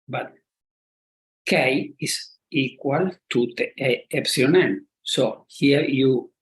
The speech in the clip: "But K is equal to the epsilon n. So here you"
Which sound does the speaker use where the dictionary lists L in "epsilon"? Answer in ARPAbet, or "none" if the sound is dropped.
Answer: none